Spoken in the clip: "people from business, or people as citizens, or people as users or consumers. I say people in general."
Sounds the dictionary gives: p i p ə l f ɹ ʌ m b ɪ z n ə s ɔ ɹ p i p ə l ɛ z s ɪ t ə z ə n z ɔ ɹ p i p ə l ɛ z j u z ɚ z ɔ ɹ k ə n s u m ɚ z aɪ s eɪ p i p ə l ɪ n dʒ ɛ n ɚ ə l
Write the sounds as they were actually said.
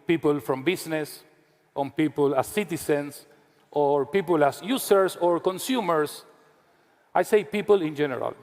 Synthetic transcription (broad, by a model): p i p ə l f ɹ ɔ m b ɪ s n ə s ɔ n p i p ə l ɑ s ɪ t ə s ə n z ɔ ɹ p i p ə l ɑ s j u s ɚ s ɔ ɹ k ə n s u m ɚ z aɪ s eɪ p i p ə l ɪ n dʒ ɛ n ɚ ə l